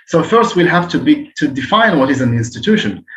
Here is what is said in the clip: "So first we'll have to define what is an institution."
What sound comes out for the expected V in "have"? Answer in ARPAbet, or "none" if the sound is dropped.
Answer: B